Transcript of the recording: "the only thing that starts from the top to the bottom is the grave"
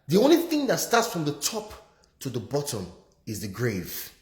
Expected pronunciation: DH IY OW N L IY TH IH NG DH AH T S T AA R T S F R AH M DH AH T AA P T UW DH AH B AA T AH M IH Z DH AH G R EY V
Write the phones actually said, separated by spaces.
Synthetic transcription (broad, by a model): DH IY OW N L IY TH IH NG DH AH T S T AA T S F R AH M DH AH T AA P T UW DH AH B AA T AH M IH Z DH AH G R EY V